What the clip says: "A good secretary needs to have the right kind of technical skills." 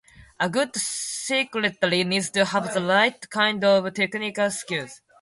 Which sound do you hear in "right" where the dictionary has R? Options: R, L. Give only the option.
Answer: L